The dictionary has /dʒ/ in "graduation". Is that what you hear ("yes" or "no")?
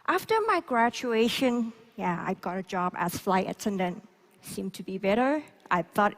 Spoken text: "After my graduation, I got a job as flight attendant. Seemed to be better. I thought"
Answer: no